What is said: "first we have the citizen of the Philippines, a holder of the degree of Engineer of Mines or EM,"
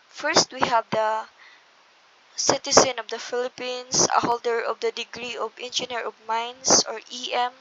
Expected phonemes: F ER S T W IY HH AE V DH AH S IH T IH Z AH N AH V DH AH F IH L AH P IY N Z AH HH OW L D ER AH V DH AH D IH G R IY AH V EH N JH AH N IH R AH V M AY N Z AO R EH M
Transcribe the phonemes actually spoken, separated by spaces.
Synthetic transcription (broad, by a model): F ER S T W IY HH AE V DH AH S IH T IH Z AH N AH V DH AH F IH L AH P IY N S AH HH OW L D ER AH V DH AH D IH G R IY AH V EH N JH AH N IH R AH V M AY N S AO R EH M